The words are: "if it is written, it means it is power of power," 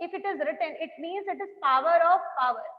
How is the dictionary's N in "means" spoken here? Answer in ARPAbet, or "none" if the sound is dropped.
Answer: N